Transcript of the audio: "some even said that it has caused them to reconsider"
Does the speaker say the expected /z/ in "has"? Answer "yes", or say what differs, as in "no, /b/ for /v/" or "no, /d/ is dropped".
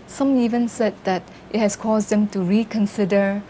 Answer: no, /s/ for /z/